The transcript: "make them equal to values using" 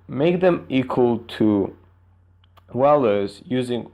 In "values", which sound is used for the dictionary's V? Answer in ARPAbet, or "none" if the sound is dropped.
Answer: W